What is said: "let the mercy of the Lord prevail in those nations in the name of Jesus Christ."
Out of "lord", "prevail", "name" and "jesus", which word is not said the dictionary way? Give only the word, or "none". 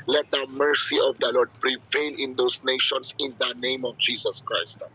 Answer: jesus